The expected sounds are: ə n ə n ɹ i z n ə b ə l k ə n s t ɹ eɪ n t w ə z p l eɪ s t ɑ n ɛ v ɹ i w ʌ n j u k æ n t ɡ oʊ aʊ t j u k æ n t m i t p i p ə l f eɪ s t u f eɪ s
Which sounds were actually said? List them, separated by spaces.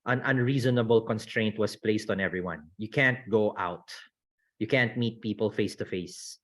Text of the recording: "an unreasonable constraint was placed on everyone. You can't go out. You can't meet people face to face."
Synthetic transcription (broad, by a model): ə n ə n ɹ i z n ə b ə l k ə n s t ɹ eɪ n t w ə s p l eɪ s t ɑ n ɛ v ɹ i w ʌ n j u k æ n t ɡ oʊ aʊ t j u k æ n t m i t p i p ə l f eɪ s t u f eɪ s